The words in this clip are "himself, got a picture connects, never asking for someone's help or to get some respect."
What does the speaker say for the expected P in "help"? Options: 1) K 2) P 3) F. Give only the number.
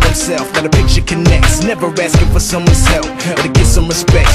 3